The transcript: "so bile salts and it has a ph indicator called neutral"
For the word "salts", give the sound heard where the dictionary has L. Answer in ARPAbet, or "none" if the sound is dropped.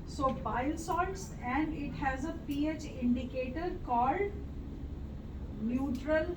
none